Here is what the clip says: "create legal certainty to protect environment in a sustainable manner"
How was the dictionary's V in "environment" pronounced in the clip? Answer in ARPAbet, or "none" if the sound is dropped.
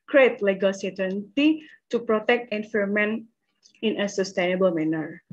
F